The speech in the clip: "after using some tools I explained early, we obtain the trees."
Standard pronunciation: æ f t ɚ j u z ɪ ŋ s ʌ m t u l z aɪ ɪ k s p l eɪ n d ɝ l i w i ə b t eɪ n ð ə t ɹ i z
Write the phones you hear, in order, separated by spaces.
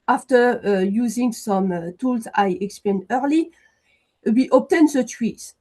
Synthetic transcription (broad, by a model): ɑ f t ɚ j u z ɪ ŋ s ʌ m t u l z aɪ ɪ k s p l eɪ n d ɝ l i w i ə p t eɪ n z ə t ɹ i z